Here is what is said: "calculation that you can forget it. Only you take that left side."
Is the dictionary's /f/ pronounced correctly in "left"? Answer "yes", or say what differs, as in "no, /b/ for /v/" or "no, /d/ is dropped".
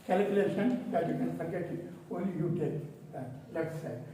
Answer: no, /f/ is dropped